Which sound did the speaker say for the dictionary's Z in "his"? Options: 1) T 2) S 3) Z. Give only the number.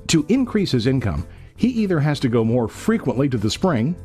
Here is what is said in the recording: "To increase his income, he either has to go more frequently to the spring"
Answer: 3